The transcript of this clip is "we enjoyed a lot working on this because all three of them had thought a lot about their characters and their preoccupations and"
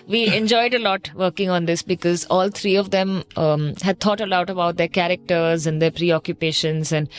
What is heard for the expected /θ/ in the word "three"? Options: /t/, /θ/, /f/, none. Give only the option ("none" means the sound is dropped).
/t/